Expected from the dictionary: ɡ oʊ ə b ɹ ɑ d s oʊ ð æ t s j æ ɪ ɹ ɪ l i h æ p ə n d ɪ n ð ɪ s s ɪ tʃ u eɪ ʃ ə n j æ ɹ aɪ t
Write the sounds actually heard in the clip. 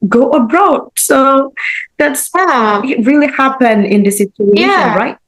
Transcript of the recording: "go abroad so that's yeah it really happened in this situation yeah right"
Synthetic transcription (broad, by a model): ɡ oʊ ə b ɹ ɑ d s oʊ ð æ t s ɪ ɹ ɪ l i h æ p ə n ɪ n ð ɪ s s ɪ tʃ u eɪ ʃ ə n ɹ aɪ t